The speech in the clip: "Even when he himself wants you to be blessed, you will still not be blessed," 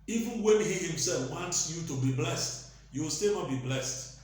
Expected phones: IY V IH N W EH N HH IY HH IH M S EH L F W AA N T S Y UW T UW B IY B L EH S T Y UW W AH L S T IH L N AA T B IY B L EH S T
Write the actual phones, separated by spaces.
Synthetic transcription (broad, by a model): IY V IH N W EH N HH IY HH IH M S EH L F W AA N T S Y UW T UW B IY B L EH S T Y UW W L S T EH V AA B IY B L EH S T